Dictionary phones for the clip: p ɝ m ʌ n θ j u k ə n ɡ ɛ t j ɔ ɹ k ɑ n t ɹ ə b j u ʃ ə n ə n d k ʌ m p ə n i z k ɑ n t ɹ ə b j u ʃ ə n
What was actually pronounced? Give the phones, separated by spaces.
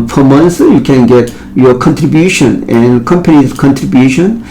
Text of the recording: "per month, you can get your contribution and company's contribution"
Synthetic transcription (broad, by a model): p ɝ m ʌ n s j u k ə n ɡ ɛ t j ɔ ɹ k ɑ n t ɹ ə b j u ʃ ə n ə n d k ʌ m p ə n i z k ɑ n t ɹ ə b j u ʃ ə n